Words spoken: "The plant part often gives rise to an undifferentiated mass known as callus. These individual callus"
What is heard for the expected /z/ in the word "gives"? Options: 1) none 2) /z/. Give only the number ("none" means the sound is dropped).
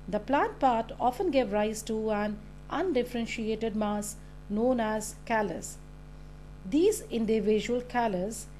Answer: 1